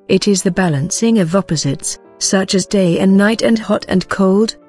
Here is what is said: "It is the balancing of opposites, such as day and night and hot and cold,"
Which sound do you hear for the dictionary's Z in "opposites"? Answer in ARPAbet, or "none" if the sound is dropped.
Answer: Z